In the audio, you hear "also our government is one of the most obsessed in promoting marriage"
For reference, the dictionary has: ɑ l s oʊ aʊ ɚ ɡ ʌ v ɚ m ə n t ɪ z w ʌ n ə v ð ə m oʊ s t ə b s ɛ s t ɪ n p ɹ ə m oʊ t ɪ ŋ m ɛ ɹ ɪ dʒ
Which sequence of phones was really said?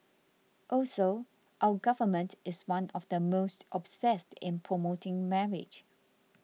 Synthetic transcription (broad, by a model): ɑ l s oʊ aʊ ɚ ɡ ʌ v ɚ m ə n t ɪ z w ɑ n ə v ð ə m oʊ s t ə b s ɛ s t ɪ n p ɹ ə m oʊ t ɪ ŋ m ɛ ɹ ɪ dʒ